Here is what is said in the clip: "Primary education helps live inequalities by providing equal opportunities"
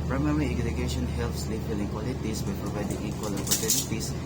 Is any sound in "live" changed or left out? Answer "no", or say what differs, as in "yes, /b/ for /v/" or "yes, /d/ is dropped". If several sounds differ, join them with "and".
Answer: yes, /f/ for /v/